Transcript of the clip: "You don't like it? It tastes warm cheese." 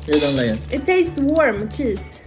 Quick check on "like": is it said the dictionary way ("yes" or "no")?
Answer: no